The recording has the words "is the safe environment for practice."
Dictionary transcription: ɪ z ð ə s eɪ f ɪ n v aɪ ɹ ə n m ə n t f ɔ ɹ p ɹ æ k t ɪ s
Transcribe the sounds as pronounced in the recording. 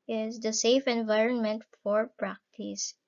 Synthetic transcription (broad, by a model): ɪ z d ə s eɪ f ɪ n v aɪ ɹ ə n m ə n t f ɔ ɹ p ɹ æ k t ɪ s